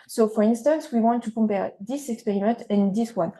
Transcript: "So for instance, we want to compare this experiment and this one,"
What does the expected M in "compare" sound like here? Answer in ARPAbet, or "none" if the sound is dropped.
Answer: M